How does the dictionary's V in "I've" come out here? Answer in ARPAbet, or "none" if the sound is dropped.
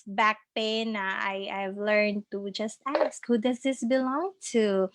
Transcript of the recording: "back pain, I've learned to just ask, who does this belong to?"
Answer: V